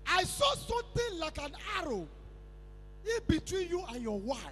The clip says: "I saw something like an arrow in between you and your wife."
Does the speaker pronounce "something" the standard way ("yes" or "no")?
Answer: no